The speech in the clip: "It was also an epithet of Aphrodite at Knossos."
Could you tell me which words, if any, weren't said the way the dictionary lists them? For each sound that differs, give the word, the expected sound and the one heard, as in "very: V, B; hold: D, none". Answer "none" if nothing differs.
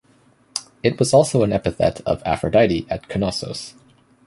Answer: none